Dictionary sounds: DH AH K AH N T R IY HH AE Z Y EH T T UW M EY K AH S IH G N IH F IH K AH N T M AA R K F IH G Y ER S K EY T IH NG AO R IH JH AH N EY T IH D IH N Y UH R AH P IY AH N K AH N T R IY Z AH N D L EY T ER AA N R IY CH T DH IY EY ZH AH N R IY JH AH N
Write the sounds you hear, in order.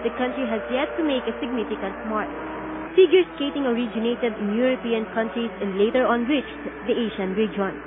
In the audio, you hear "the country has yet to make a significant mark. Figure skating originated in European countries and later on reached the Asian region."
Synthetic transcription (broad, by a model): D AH K AH N T R IY HH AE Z Y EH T T UW M EY K AH S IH G N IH F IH K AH N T M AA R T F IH G Y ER S K EY T IH NG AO R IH JH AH N EY T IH D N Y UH R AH P IY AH N K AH N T R IY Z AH N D L EY T ER AA N W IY CH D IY EY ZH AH N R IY JH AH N